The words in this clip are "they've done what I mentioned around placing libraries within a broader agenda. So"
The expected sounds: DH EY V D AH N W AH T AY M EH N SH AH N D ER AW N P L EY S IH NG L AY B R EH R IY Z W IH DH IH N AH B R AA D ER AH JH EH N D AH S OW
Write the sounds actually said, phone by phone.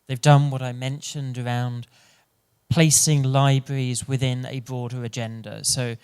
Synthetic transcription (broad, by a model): DH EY V D AH N W AH T AY M EH N SH AH N D ER AW N P L EY S IH NG L AY B R EH R IY Z W IH DH IH N AH B R AA D ER AH JH EH N D AH S OW